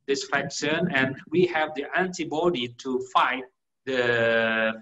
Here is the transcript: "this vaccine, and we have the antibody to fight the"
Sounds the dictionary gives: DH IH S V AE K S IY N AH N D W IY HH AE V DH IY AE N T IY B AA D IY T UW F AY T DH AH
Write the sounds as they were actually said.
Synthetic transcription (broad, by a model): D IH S F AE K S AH N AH N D W IY HH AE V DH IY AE N T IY B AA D IY T UW F AY T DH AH